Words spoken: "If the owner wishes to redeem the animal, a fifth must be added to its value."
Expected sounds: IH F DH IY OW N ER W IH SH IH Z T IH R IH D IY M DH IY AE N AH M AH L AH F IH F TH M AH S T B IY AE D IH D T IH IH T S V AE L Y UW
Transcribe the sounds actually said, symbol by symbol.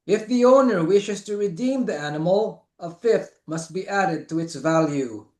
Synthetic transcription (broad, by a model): IH F DH IY OW N ER W IH SH IH Z T IH R IH D IY M DH IY AE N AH M L AH F IH F TH M AH S T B IY AE D IH D T IH IH T S V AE L Y UW